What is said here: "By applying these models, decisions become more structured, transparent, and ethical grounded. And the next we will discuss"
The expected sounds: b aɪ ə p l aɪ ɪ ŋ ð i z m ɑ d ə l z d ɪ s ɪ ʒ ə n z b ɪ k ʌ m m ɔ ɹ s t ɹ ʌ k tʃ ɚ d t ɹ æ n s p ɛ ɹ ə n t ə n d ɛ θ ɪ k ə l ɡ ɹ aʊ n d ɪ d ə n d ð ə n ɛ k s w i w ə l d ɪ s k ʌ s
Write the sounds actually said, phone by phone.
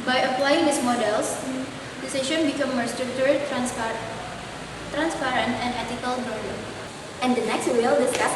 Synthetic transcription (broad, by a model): b aɪ ə p l aɪ ɪ ŋ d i s m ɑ d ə l s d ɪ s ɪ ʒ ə n b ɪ k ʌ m m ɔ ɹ s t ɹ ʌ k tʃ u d t ɹ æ n s p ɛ ɹ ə n t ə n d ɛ t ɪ k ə l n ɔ d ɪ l ə n d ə n ɛ k s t w ə l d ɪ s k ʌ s